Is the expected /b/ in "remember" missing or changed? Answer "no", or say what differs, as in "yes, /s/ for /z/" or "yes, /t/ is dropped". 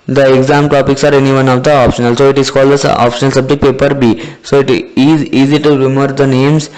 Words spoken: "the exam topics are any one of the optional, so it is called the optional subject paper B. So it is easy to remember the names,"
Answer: yes, /b/ is dropped